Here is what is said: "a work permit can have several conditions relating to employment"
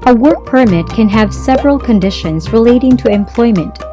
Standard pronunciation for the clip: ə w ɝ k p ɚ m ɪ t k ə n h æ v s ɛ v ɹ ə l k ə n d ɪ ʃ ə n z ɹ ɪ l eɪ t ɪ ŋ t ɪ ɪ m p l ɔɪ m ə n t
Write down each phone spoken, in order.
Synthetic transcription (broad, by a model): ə w ɝ k p ɚ m ɪ t k ə n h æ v s ɛ v ɹ ə l k ə n d ɪ ʃ ə n z ɹ ɪ l eɪ t ɪ ŋ t ɪ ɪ m p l ɔɪ m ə n t